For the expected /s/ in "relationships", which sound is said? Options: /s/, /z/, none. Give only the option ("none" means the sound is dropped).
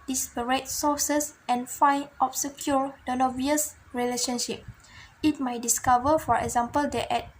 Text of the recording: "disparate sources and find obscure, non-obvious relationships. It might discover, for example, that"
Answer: none